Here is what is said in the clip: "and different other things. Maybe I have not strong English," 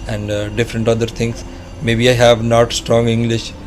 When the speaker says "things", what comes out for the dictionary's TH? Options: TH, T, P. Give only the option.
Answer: T